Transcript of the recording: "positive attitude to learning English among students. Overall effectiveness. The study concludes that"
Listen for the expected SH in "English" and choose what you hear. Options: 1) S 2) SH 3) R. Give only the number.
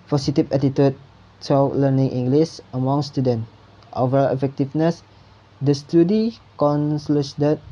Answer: 1